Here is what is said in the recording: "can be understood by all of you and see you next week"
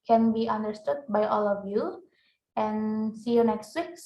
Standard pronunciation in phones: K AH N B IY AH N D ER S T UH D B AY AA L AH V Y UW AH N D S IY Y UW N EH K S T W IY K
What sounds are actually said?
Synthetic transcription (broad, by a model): K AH N B IY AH N D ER S T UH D B AY AA L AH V Y UW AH N S IY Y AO N EH K S T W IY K